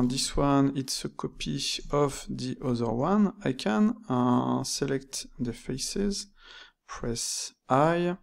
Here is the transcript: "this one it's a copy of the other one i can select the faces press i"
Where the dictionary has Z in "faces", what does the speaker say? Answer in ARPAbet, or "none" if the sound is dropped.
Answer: Z